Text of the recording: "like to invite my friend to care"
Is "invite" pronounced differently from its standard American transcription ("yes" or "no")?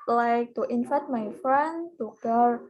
yes